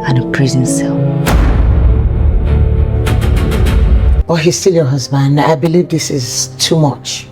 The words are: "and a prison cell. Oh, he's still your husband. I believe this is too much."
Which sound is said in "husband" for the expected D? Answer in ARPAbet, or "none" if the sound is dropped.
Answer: D